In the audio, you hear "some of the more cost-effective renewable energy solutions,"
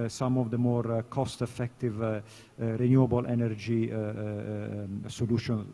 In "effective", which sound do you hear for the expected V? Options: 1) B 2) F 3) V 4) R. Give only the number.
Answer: 3